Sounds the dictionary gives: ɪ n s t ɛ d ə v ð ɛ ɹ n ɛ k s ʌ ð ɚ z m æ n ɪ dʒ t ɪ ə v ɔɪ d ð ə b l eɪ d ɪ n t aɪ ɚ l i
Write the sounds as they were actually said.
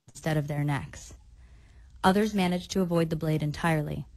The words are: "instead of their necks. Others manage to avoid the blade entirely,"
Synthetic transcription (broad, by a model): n s t ɛ d ə v ð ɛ ɹ n ɛ k s ʌ ð ɚ z m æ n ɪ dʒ t ɪ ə v ɔɪ d ð ə b l eɪ d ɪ n t aɪ ɚ l i